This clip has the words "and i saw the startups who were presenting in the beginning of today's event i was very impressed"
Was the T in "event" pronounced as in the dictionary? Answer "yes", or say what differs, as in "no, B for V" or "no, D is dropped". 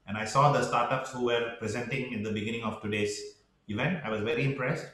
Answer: yes